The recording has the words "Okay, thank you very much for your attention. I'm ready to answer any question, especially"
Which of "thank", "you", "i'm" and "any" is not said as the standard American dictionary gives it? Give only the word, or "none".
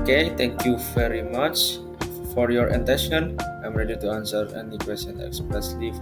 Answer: thank